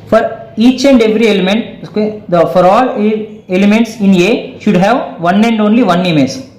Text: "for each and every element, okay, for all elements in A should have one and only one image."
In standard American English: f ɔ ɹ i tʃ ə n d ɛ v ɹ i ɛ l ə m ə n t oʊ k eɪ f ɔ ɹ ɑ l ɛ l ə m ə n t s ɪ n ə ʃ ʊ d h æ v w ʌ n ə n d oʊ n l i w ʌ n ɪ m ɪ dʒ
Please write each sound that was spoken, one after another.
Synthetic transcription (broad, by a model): f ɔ ɹ i tʃ ə n d ɛ v ɹ i ɛ l ə m ə n t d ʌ f ɔ ɹ ɑ l ɛ l ə m ə n t s ɪ n ə ʃ ʊ d h æ v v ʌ n ə n d oʊ n l i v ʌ n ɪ m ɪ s